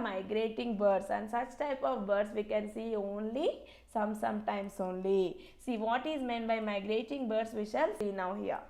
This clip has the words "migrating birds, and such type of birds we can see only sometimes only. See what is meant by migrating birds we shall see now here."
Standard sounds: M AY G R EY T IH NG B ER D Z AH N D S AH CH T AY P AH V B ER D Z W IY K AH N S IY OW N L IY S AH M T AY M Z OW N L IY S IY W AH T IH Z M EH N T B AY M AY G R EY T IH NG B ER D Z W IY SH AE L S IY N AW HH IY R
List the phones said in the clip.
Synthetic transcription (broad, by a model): M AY G R EY T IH NG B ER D S AH N D S AH CH T AY P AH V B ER D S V IY K AH N S IY OW N L IY S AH M T AY M S OW N L IY S IY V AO T IH Z M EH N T B AY M AY G R EY T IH NG B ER D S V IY SH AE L S IY N AW HH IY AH